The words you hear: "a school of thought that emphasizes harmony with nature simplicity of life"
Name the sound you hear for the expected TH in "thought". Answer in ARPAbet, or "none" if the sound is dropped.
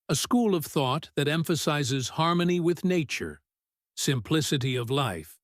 TH